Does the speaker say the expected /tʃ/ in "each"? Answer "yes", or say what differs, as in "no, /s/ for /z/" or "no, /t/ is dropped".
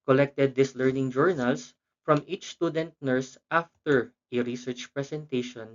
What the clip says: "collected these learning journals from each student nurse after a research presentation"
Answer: yes